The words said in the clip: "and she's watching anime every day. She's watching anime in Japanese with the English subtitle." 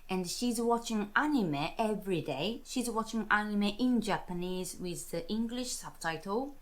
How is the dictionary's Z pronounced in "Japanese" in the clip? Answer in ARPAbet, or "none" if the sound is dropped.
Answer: Z